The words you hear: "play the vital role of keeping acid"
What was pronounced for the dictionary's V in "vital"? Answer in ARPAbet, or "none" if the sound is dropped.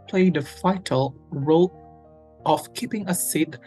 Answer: F